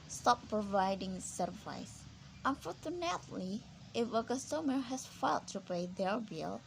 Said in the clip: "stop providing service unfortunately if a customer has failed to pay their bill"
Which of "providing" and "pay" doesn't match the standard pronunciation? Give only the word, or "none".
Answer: none